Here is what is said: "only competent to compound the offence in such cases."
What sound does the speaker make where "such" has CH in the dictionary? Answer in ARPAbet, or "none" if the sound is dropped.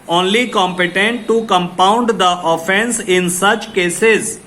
CH